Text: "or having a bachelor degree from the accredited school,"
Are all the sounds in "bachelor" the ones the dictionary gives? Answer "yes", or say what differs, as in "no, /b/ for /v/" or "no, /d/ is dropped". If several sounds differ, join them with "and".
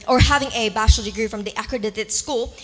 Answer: no, /ʃ/ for /tʃ/